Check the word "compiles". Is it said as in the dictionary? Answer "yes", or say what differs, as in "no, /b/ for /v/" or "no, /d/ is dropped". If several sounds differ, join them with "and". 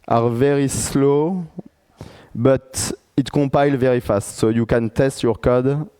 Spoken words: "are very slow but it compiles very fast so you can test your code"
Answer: no, /m/ is dropped and /z/ is dropped